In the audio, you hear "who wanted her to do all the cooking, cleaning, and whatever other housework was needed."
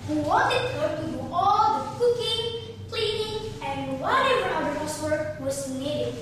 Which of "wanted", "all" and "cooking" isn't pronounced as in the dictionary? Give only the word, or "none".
wanted